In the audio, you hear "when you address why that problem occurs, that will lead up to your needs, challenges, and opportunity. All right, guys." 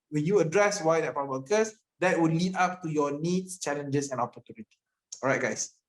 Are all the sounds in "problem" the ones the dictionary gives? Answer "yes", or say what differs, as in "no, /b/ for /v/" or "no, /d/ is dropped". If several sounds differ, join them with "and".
no, /ɹ/ is dropped